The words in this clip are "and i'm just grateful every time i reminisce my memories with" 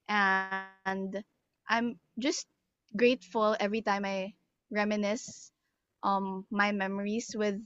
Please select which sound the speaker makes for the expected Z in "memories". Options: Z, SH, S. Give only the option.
S